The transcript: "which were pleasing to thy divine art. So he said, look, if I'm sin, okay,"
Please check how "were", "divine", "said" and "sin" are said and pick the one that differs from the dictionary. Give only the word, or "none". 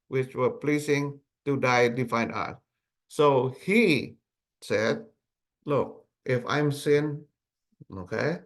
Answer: divine